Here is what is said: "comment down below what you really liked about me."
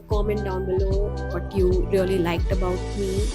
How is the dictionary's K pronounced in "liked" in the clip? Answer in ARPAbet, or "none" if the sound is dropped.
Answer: K